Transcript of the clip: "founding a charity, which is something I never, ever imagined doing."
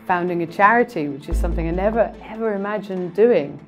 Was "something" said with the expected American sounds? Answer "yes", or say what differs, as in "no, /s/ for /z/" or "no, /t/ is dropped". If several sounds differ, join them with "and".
yes